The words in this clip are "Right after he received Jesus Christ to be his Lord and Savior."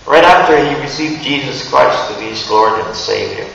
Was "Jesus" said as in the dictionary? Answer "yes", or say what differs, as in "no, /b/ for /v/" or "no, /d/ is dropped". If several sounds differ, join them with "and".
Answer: yes